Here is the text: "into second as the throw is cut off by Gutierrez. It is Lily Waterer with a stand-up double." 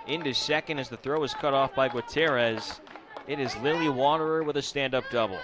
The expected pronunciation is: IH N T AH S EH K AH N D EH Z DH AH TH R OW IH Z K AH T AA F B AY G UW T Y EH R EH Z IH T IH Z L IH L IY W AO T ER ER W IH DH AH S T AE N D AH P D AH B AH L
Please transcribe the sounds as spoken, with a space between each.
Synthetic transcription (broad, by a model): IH N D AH S EH K AH N D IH Z DH AH TH R OW IH Z K AH T AA F B AY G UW T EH R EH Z IH T IH Z L IH L IY W AO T ER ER W IH DH AH S T AE N D AH P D AH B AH L